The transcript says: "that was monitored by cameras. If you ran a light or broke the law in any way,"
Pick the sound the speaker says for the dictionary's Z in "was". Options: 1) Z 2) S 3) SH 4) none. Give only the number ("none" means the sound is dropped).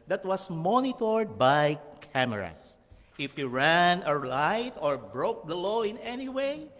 2